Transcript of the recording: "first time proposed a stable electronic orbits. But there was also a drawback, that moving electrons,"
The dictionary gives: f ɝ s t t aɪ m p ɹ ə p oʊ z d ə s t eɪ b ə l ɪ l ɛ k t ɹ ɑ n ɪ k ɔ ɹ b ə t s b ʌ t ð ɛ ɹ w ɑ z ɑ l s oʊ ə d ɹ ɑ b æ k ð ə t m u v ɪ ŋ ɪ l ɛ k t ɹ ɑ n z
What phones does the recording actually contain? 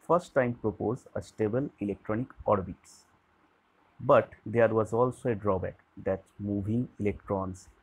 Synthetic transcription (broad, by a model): f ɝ s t t aɪ m p ɹ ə p oʊ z ə s t eɪ b ə l ɪ l ɛ k t ɹ ɑ n ɪ k ɔ ɹ b ə t s b ʌ t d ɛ ɹ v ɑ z ɑ l s oʊ ə d ɹ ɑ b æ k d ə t m u v ɪ ŋ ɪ l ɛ k t ɹ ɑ n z